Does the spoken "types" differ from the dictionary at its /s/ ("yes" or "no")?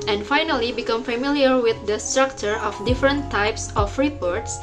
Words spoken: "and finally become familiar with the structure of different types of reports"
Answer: no